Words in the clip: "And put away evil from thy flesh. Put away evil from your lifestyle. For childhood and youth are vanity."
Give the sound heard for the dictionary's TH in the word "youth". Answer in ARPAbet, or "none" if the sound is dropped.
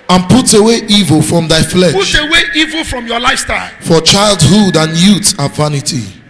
T